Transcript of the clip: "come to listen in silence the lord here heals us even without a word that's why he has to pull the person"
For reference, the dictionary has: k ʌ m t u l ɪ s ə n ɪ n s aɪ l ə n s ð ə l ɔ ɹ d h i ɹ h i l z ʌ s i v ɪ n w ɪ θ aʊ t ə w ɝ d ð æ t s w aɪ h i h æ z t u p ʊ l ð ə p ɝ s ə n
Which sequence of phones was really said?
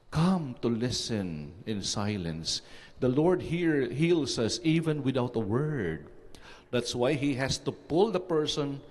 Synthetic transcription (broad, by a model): k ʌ m t u l ɪ s ə n ɪ n s aɪ l ə n s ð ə l ɔ ɹ d h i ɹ h i l s ʌ s i v ɪ n w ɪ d aʊ t ə w ɝ d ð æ t s w aɪ h i h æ s t u p ʊ l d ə p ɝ s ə n